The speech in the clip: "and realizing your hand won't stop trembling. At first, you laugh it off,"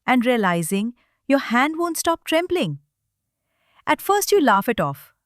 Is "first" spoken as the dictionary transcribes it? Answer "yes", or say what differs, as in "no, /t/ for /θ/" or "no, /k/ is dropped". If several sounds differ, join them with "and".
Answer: yes